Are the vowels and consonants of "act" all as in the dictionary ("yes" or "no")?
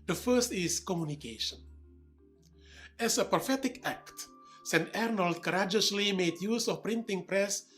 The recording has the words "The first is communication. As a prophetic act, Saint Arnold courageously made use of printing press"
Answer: yes